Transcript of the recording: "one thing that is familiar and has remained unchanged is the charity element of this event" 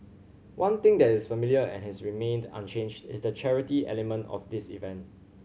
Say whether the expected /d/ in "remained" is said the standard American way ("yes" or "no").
yes